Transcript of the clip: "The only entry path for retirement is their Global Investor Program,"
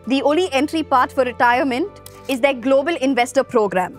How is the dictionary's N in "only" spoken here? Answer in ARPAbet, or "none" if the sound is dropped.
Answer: none